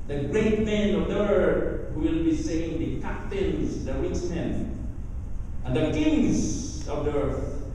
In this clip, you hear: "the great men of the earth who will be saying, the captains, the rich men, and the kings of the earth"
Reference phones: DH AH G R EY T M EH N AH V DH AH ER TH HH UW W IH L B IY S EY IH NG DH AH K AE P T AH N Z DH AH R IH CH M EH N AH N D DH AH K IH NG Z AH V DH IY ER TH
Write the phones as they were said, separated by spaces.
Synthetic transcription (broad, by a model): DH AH G R EY T M EH N AH V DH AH ER TH HH UW W IH L B IY S EY IH NG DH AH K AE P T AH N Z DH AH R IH S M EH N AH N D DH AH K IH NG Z AH V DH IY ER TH